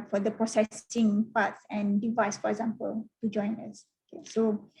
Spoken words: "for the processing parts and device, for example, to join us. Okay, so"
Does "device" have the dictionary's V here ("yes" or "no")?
yes